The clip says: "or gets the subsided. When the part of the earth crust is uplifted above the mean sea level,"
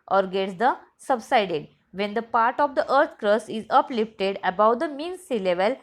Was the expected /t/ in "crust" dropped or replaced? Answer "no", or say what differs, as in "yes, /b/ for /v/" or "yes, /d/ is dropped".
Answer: yes, /t/ is dropped